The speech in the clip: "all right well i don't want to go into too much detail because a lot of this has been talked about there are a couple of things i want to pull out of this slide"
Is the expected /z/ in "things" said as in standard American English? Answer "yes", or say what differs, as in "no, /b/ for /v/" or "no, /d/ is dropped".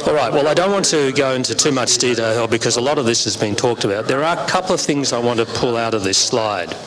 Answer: yes